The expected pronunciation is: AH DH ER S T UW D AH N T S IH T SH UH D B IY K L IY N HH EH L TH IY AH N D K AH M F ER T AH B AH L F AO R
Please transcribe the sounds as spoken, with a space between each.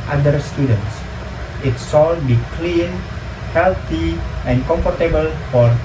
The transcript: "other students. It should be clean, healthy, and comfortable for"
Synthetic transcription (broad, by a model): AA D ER S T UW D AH N T S IH T S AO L B IY K L IY N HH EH L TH IY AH N K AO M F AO T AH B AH L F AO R